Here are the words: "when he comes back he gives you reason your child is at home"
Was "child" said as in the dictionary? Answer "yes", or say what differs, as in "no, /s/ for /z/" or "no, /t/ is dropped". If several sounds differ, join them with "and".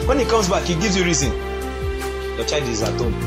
no, /l/ is dropped